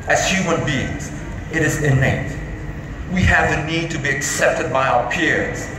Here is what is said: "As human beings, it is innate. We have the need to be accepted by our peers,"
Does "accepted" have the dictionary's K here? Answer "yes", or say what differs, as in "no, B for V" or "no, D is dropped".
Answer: yes